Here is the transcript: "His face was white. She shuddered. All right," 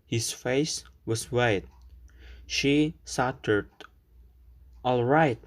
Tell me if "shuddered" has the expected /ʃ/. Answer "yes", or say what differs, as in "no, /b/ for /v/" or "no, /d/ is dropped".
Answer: no, /s/ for /ʃ/